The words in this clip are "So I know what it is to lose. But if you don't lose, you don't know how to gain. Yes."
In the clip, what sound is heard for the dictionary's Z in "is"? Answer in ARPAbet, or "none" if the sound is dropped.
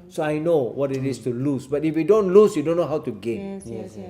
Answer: S